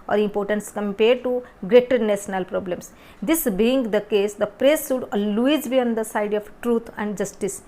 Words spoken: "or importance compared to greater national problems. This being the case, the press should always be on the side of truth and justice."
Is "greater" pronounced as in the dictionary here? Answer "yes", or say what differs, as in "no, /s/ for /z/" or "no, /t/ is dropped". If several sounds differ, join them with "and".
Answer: yes